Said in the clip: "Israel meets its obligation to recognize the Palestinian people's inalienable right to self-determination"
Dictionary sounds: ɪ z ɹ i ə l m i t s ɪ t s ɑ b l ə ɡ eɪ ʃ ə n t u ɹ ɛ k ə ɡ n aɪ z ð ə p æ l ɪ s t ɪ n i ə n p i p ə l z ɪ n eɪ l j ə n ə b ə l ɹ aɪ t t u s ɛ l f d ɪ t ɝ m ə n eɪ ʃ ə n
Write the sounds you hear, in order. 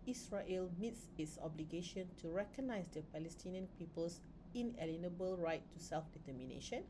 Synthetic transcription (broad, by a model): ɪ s ɹ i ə l m i t s ɪ t s ɑ b l ə ɡ eɪ ʃ ə n t u ɹ ɛ k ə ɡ n aɪ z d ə p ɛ l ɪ s t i n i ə n p i p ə l s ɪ n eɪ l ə n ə b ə l ɹ aɪ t t u s ɛ l f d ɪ t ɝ m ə n eɪ ʃ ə n